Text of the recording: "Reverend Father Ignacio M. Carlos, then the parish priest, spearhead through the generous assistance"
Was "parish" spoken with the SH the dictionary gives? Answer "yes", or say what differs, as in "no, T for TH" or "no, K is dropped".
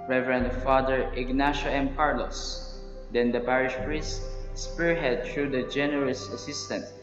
yes